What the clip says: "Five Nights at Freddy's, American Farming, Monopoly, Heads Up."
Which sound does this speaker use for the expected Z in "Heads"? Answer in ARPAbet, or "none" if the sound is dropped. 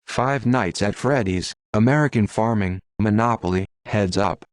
Z